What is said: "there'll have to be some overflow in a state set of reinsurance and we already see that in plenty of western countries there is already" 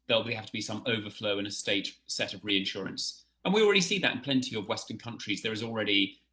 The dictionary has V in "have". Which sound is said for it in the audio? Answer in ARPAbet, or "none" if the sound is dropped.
F